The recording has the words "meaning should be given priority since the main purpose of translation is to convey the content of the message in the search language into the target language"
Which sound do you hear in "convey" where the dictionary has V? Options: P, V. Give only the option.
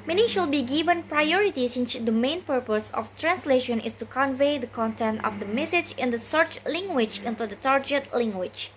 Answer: V